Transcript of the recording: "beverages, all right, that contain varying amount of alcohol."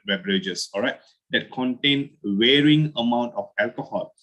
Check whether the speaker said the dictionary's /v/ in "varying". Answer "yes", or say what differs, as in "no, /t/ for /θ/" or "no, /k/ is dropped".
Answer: no, /w/ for /v/